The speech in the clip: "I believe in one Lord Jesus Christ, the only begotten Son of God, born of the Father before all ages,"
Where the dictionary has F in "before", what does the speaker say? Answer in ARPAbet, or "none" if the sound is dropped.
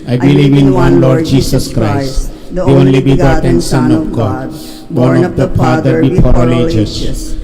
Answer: P